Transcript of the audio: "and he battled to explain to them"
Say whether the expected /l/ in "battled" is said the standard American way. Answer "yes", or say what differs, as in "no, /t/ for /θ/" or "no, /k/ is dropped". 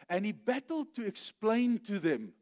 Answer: yes